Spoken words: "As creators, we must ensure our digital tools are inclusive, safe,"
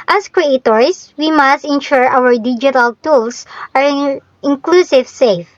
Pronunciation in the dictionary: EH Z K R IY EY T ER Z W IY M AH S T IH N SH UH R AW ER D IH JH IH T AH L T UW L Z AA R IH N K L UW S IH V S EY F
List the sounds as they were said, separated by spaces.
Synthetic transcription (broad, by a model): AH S K R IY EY T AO S W IY M AH S T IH N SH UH R AW ER D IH JH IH T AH L T UW L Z AA R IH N K L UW S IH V S EY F